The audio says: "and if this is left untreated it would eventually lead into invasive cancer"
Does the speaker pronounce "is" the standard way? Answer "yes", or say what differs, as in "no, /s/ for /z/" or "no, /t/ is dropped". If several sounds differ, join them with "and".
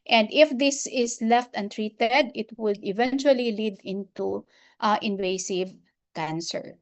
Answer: no, /s/ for /z/